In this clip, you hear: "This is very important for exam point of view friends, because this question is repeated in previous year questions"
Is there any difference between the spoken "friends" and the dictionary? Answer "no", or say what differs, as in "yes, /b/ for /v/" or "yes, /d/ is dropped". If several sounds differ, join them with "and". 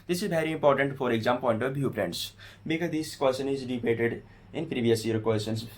yes, /p/ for /f/